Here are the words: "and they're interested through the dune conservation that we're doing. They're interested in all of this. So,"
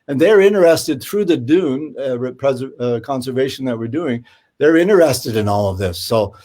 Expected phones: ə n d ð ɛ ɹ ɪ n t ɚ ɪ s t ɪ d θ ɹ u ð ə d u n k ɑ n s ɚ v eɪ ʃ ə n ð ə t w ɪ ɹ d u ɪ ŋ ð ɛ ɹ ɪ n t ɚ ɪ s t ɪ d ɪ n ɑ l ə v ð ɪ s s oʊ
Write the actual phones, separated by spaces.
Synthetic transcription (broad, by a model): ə n ð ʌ ɹ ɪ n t ɚ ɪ s t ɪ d θ ɹ u ð ə d u n k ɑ n s ɚ v eɪ ʃ n ð ə t w ɪ ɹ d u ɪ ŋ ð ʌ ɹ ɪ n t ɚ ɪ s t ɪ d ɪ n ɑ l ə v ð ɪ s s oʊ